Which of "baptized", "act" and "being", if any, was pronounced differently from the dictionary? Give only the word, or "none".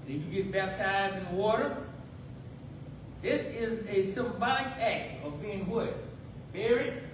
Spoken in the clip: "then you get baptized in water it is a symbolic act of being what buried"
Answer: none